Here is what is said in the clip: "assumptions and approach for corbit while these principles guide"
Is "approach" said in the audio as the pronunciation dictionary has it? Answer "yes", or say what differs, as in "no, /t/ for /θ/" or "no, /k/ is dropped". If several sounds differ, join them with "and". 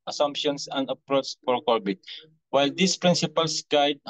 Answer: no, /s/ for /tʃ/